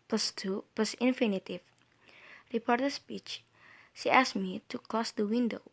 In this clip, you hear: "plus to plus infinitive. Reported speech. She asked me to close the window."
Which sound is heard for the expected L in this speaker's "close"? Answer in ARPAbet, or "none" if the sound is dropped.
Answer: L